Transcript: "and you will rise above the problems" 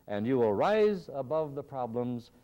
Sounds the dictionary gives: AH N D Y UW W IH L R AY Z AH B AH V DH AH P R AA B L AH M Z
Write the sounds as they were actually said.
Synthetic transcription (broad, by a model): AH N Y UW W IH L R AY Z AH B AH V DH AH P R AA B L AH M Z